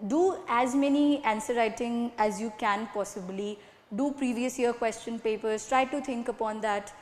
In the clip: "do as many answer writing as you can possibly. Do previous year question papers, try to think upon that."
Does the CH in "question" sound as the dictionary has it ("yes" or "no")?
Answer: yes